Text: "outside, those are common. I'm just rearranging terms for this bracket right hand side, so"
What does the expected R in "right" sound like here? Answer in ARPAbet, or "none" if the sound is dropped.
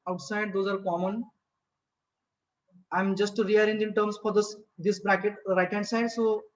R